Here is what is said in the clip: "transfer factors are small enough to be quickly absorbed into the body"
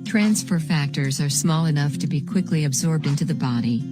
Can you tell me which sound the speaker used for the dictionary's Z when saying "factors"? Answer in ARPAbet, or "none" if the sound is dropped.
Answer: Z